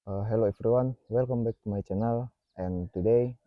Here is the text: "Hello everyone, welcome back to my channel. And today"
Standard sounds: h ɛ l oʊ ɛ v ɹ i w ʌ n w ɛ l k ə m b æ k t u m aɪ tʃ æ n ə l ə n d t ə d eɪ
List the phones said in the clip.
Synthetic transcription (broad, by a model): h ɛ l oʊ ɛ f ɹ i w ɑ n w ɛ l k ə m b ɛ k t u m aɪ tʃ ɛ n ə l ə n t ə d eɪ